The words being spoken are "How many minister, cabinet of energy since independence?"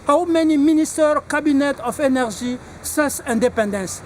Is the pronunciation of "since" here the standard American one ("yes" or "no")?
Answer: no